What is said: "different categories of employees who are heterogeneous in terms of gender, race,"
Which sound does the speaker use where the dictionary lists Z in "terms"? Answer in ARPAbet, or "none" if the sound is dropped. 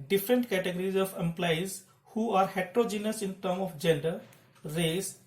none